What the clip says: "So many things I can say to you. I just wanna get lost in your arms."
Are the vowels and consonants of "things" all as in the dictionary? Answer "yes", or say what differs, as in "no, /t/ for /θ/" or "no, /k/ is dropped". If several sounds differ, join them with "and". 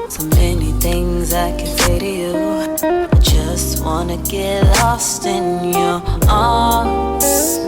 yes